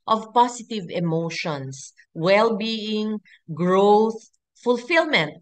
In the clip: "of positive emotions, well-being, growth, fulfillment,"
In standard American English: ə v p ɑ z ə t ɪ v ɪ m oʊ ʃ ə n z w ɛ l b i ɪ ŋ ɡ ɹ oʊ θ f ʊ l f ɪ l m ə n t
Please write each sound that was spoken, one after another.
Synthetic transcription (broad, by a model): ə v p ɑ s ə t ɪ v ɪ m oʊ ʃ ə n s w ɛ l b i ɪ ŋ ɡ ɹ oʊ θ f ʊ l f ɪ l m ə n t